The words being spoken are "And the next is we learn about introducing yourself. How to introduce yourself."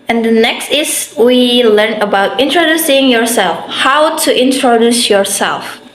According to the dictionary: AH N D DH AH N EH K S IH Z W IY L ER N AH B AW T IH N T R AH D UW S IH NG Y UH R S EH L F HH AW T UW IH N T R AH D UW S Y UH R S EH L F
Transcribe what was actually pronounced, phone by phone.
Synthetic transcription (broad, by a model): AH N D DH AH N EH K S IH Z W IY L ER N AH B AW T IH N T R AH D UW S IH NG Y UH R S EH L F HH AW T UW IH N T R AH D UW S Y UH R S EH L F